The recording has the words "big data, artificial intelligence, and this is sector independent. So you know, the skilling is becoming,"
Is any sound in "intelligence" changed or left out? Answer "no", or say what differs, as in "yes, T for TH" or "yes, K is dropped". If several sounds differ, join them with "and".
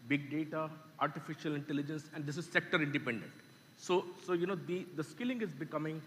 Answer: no